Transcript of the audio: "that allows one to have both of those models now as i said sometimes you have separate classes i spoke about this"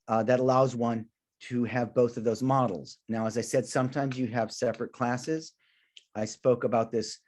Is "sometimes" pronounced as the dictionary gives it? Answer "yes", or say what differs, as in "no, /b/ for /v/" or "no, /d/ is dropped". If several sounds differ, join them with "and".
yes